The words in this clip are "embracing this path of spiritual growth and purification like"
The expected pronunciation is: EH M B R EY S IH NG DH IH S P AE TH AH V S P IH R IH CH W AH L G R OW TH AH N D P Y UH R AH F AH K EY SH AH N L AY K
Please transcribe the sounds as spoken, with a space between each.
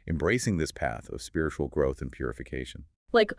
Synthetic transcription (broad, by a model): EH M B R EY S IH NG DH IH S P AE TH AH V S P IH R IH CH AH L G R OW TH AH N P Y UH R AH F AH K EY SH AH N L AY K